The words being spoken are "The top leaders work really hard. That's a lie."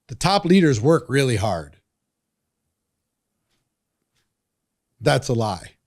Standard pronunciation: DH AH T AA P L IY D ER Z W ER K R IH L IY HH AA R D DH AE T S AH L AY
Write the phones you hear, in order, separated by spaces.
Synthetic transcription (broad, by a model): DH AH T AA P L IY D ER Z W ER K R IH L IY HH AA R D DH AE T S AH L AY